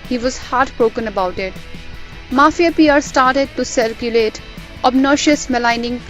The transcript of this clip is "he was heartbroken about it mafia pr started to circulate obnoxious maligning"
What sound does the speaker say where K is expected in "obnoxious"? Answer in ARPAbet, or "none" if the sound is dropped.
none